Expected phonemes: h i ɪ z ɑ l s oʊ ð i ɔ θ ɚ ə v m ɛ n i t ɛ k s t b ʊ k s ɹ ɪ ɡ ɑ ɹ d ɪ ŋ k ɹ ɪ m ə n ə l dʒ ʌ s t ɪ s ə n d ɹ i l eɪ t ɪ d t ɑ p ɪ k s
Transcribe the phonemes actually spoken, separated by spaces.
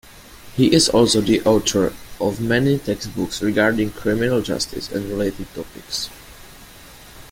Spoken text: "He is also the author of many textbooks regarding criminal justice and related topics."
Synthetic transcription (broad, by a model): h i ɪ z ɑ l s oʊ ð i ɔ t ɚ ə v m ɛ n i t ɛ k s t b ʊ k s ɹ ɪ ɡ ɑ ɹ d ɪ ŋ k ɹ ɪ m ə n ə l dʒ ʌ s t ɪ s ə n d ɹ i l eɪ t ɪ d t ɑ p ɪ k s